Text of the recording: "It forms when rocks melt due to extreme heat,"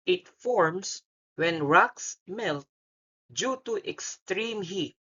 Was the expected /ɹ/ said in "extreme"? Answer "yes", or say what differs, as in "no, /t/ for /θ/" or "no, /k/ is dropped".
yes